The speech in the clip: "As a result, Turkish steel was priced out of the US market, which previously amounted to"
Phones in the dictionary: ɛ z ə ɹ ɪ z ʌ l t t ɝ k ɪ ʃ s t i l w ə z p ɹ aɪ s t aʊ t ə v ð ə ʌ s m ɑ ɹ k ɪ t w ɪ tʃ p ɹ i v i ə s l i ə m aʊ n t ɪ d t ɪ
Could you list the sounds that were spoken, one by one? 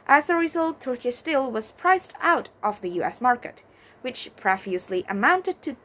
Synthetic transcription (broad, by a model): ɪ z ə ɹ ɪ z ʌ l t t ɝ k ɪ s t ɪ l w ə z p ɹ aɪ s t aʊ t ə v ð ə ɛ s m ɑ ɹ k ɪ t w ɪ tʃ p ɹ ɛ f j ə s l i ə m aʊ n t ɪ d t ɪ